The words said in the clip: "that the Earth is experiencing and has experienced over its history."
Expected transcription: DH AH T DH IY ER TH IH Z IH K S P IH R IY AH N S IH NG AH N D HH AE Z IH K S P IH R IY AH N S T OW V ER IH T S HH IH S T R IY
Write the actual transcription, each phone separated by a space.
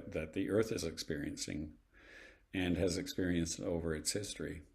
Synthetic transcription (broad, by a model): DH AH T DH IY ER TH IH Z IH K S P IH R IY AH N S IH NG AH N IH Z IH K S P IH R IY AH N S T OW V ER IH T S HH IH S T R IY